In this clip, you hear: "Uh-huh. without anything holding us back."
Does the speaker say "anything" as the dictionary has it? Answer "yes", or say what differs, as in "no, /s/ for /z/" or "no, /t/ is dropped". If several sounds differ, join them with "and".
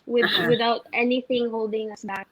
yes